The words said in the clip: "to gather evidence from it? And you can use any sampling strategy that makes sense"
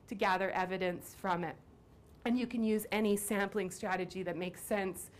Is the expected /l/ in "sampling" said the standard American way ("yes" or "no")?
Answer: yes